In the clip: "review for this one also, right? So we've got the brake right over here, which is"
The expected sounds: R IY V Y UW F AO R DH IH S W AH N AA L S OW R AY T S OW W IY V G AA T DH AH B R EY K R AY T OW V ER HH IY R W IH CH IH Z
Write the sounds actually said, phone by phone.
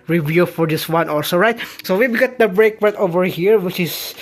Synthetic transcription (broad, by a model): R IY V Y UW F AO R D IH S W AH N AA L S OW R AY T S OW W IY W G AA T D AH B R EY K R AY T OW V ER HH IY R W IH CH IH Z